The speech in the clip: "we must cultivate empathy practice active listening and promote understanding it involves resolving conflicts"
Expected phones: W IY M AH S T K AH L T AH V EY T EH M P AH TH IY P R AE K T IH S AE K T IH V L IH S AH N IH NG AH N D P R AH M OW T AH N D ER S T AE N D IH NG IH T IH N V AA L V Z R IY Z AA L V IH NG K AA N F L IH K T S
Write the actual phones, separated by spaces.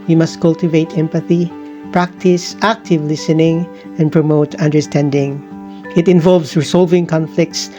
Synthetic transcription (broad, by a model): W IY M AH S T K AH L T AH V EY T EH M P AH TH IY P R AE K T IH S AE K T IH V L IH S AH N IH NG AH N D P R AH M OW T AH N D ER S T AE N D IH NG IH T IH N V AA L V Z R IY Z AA L V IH NG K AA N F L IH K T S